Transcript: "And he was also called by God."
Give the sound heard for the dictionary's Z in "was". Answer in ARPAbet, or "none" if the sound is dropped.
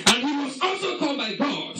S